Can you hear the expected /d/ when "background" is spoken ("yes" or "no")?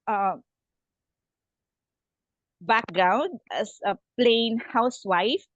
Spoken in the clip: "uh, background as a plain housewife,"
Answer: yes